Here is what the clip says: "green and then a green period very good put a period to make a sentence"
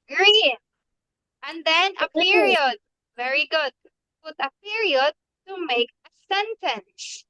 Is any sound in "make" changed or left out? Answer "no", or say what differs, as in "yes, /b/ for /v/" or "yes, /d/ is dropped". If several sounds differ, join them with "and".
no